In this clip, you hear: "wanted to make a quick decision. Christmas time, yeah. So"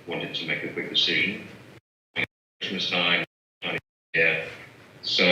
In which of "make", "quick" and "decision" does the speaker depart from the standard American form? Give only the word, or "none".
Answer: none